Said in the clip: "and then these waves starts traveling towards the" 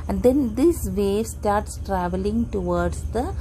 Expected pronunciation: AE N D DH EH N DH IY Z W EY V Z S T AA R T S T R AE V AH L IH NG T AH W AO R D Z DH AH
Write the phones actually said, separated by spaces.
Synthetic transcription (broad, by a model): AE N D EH N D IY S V EY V S T AA R T S T R AE V AH L IH NG T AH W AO R D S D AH